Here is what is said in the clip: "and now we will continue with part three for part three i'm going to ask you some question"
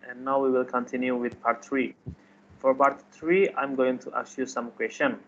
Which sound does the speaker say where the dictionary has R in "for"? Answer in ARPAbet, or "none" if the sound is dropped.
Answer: R